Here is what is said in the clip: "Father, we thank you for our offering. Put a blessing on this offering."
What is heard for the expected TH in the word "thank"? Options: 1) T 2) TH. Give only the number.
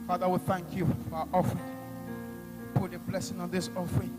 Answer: 2